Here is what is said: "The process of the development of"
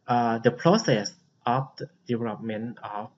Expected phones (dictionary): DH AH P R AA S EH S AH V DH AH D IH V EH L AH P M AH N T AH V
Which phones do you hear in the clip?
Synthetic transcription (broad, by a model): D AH P R AA S EH S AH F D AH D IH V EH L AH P M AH N AH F